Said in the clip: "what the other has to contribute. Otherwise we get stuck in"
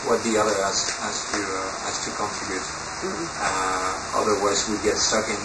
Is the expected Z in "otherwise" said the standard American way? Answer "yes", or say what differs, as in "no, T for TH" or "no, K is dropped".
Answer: yes